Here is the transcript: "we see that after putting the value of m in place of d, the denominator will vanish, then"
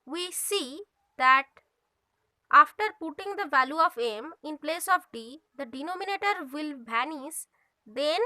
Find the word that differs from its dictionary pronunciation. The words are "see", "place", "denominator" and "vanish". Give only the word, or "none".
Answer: vanish